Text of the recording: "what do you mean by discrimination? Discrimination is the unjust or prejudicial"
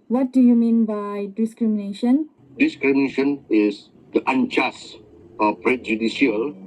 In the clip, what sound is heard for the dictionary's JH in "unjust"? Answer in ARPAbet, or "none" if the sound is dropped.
CH